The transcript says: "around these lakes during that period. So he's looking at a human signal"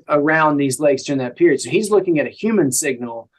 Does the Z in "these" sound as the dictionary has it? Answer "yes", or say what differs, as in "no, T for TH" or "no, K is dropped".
yes